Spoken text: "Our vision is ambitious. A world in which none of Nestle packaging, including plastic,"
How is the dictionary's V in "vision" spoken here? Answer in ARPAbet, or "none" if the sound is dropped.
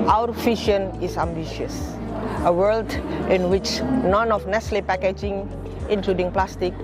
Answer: F